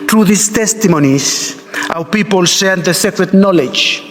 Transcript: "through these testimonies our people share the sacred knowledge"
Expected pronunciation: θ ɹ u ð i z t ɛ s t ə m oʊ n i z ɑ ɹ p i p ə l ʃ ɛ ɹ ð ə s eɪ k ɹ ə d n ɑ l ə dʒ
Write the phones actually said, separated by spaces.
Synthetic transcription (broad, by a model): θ ɹ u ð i s t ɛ s t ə m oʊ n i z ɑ w p i p ə l s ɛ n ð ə s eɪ k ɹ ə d n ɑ l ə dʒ